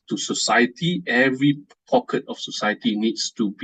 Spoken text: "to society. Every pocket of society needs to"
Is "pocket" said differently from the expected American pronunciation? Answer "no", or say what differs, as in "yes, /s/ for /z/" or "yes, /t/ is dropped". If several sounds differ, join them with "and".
no